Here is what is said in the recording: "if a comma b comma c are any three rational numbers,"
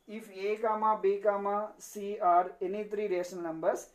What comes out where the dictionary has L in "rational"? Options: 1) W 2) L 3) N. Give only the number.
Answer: 3